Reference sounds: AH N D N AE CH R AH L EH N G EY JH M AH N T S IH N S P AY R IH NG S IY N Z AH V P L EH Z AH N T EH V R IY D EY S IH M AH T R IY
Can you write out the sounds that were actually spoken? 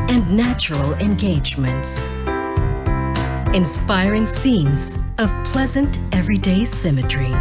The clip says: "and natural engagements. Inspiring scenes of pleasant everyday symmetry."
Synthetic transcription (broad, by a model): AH N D N AE CH R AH L EH N G EY JH M AH N T S IH N S P AY R IH NG S IY N Z AH V P L EH Z AH N T EH V R IY D EY S IH M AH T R IY